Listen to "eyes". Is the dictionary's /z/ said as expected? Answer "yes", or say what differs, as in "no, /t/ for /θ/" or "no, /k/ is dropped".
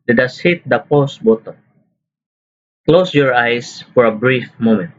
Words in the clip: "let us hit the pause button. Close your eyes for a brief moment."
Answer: no, /s/ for /z/